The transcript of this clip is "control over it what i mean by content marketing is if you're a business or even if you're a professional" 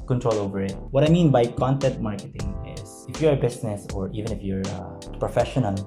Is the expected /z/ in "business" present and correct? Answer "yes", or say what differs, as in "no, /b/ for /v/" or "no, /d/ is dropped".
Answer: no, /s/ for /z/